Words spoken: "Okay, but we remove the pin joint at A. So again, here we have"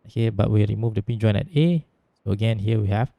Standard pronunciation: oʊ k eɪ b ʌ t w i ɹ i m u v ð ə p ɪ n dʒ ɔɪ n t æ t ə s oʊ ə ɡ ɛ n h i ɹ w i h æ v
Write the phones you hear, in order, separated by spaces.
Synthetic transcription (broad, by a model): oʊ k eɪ b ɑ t w i ɹ i m u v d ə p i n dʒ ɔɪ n ɛ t ə s oʊ ə ɡ ɛ n h i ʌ w i h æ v